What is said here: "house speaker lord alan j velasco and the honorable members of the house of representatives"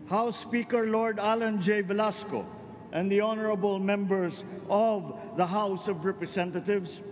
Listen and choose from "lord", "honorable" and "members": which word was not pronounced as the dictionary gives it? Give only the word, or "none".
members